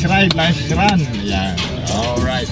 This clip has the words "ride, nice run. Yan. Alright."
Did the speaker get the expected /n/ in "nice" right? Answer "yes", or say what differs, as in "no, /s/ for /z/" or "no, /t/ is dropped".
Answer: no, /l/ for /n/